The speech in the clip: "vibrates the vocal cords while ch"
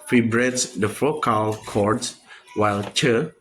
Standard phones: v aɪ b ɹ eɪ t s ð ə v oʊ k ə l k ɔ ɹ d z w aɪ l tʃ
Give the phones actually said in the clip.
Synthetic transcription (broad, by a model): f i b ɹ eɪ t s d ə f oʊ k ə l k ɔ ɹ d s w aɪ l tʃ